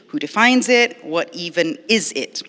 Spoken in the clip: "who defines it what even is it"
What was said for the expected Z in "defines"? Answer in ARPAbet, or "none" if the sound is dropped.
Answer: Z